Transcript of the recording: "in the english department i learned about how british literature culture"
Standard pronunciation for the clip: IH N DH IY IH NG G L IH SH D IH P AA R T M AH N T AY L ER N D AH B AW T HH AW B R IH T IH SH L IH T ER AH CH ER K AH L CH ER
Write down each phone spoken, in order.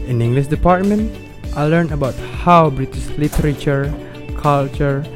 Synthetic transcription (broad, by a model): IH N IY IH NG G L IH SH D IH P AA R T M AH N T AY L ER N AH B AW T HH AW B R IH T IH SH L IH T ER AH CH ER K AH L CH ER